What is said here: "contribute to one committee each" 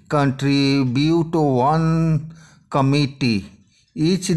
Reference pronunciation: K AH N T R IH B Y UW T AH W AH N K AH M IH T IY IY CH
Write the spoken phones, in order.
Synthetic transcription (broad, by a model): K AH N T R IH B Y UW T AH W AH N K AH M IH T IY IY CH